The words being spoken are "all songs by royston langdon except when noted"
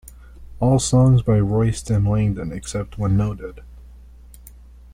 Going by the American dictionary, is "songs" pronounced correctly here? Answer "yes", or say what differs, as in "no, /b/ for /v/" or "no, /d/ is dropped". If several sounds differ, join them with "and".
yes